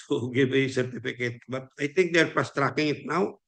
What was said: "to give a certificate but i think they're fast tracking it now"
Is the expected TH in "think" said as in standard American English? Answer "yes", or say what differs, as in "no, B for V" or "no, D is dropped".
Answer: no, T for TH